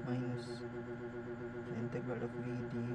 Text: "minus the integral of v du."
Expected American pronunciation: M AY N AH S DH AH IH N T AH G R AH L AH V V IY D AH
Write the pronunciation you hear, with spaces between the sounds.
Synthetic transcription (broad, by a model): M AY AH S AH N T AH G AH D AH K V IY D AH